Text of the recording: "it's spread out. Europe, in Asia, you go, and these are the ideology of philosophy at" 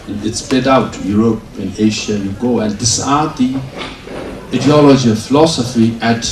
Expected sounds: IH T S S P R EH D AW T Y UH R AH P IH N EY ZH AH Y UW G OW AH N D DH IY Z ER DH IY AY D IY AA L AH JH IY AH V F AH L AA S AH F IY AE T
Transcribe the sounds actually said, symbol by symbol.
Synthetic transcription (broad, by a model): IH T S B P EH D AW T Y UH R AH P IH N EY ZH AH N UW G OW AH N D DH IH S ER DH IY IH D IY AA L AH JH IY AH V F AH L AA S AH F IY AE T